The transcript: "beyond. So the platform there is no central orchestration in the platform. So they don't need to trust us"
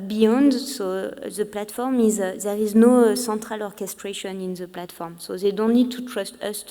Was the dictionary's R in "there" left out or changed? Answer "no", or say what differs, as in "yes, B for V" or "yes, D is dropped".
no